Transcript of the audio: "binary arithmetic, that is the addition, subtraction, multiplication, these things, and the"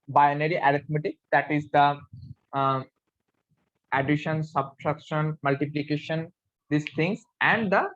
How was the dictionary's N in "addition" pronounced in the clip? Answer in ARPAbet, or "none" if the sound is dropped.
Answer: N